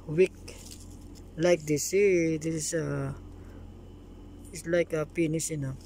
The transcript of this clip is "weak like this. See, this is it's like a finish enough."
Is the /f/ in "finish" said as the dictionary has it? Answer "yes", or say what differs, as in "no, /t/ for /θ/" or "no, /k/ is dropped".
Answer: no, /p/ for /f/